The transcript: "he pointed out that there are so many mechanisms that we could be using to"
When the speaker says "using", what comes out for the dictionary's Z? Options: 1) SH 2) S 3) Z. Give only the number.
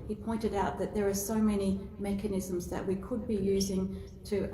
3